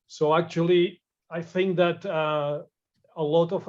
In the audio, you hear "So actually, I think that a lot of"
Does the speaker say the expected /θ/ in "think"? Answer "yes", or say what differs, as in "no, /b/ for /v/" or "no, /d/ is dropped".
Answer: yes